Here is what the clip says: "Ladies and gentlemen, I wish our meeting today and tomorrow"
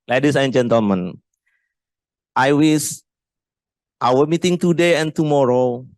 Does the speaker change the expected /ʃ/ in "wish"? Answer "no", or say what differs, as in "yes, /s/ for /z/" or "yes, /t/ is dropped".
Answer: yes, /s/ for /ʃ/